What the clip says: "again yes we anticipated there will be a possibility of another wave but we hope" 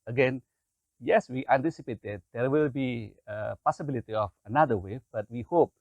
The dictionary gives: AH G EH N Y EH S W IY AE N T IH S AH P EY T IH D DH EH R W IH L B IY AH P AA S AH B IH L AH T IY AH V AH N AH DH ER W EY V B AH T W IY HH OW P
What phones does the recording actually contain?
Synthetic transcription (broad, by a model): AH G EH N Y EH S W IY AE N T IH S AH P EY T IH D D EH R W IH L B IY AH P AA S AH B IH L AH T IY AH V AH N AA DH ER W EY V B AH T W IY HH OW P